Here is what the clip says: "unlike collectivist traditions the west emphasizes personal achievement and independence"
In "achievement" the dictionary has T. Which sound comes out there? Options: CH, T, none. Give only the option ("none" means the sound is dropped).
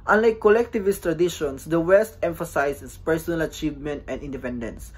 T